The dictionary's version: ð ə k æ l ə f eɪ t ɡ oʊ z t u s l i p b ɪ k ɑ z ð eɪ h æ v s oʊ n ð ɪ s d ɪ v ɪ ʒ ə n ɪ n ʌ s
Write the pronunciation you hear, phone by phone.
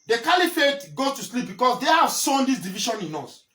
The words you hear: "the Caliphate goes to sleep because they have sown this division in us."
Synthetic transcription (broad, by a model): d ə k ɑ l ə f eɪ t ɡ oʊ t u s l i p b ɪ k ɑ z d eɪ h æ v s oʊ n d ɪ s d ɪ v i ʃ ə n ɪ n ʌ s